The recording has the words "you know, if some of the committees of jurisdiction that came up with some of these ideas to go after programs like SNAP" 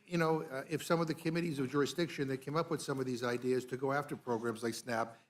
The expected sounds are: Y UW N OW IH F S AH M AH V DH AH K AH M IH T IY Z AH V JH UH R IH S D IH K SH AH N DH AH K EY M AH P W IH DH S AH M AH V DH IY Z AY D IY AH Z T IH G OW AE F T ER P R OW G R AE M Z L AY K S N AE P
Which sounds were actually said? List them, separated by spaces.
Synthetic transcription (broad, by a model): Y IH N OW IH F S AH M AH V DH AH K AH M IH T IY Z AH V JH UH R IH S D IH K SH AH N DH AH K EY M AH P W IH DH S AH M AH V DH IY Z AY D IY AH Z T IH G OW AE F T ER P R OW G R AE M Z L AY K S N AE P